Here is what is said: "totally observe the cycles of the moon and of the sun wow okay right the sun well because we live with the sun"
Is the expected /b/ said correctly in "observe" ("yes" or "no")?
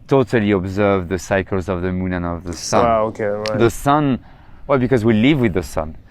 yes